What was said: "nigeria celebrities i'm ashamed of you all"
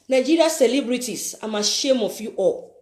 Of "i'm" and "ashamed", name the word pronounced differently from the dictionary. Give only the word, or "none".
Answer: ashamed